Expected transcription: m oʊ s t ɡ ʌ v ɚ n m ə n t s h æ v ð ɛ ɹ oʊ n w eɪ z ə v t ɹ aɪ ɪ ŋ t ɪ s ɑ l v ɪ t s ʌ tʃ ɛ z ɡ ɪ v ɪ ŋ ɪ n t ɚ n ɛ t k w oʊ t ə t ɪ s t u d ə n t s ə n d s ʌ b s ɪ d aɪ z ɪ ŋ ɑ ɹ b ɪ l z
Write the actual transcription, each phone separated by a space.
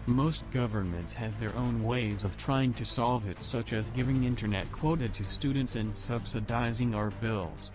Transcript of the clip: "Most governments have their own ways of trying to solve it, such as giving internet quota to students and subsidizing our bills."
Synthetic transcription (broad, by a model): m oʊ s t ɡ ʌ v ɚ n m ə n t s h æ v ð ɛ ɹ oʊ n w eɪ z ə v t ɹ aɪ ɪ ŋ t ɪ s ɑ l v ɪ t s ʌ tʃ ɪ z ɡ ɪ v ɪ ŋ ɪ n t ɚ n ɛ t k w oʊ t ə t ɪ s t u d n t s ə n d s ʌ b s ɪ d aɪ z ɪ ŋ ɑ ɹ b ɪ l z